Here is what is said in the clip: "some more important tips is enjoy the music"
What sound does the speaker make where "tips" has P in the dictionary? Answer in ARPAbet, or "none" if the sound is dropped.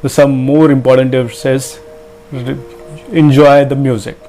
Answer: none